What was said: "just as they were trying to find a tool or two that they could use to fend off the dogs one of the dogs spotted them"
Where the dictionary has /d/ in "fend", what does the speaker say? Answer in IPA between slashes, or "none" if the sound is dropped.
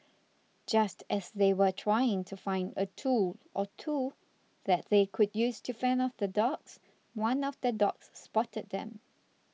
none